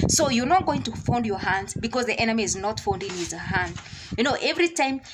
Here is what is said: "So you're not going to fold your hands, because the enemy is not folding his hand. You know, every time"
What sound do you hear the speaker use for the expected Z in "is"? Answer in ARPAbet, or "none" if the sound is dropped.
Z